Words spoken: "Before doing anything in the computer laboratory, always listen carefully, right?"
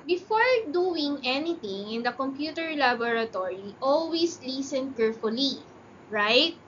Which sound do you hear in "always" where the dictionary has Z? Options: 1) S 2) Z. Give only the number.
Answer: 1